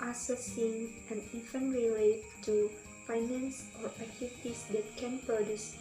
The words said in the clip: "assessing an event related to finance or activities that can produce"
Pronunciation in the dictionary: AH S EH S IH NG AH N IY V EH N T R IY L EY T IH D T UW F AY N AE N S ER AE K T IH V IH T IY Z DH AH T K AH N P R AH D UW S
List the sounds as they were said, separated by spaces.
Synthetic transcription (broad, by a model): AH S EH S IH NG AH N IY F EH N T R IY L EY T T UW F AY N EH N S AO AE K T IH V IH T IY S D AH T K AH N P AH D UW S